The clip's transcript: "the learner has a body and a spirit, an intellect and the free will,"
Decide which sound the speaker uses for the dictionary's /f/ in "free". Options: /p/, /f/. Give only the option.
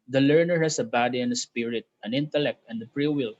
/p/